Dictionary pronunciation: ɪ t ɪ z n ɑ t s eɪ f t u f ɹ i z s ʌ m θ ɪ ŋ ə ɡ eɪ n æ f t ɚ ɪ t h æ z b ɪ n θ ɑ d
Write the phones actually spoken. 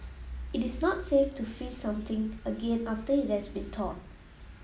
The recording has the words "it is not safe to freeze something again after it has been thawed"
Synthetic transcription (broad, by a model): ɪ t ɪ s n ɑ t s eɪ f t u f i s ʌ m t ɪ ŋ ə ɡ eɪ n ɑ f t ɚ ɪ t h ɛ s b ɪ n t ɑ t